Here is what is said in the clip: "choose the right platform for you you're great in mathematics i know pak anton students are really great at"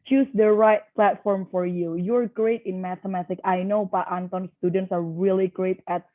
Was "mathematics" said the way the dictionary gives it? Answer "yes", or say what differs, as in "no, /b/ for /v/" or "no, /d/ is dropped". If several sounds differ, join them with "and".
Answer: no, /s/ is dropped